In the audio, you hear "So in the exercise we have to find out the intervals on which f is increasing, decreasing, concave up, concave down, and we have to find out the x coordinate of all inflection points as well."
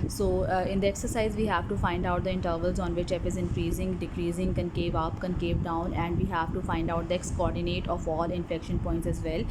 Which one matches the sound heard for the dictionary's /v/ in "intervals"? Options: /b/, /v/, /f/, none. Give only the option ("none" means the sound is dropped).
/v/